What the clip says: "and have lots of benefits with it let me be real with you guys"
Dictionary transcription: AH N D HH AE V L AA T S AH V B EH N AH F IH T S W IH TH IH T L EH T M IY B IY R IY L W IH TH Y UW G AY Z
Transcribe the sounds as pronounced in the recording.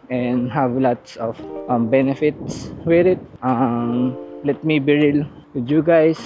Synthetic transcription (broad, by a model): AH N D HH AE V L AA T S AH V B EH N AH F IH T S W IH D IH T L EH T M IY B IY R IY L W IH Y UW G AY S